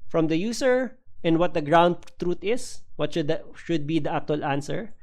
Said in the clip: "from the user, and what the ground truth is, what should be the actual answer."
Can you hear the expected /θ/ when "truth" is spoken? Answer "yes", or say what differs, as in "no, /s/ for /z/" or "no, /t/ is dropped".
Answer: no, /t/ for /θ/